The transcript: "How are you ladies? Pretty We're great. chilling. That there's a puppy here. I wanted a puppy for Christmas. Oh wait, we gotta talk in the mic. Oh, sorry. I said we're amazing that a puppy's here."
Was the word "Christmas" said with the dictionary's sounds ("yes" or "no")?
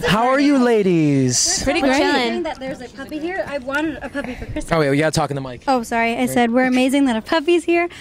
no